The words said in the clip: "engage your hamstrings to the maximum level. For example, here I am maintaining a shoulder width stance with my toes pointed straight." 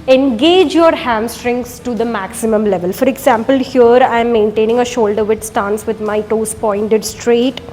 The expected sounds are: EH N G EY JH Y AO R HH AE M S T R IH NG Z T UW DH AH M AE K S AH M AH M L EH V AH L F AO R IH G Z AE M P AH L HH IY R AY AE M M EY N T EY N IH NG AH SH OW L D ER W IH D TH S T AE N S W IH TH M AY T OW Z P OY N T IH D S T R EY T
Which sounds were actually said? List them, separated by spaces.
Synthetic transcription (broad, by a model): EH N G EY JH Y AO R HH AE M S T R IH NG S T UW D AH M AE K S AH M AH M L EH V AH L F AO R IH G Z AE M P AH L HH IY R AY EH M M EY N T EY N IH NG AH SH OW L D ER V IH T S T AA N S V IH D M AY T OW S P OY N T IH D S T R EY T